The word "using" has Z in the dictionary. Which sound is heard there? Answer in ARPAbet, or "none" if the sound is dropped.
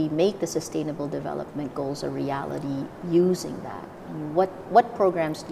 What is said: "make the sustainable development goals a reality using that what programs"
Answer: Z